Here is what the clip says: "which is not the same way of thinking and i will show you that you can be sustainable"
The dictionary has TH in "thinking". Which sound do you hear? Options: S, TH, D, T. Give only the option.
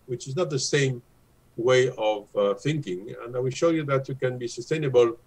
TH